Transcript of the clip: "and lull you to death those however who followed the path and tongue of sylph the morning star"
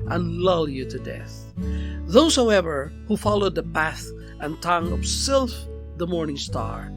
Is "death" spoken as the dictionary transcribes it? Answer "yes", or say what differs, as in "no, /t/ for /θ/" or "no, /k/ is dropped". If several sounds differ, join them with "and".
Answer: yes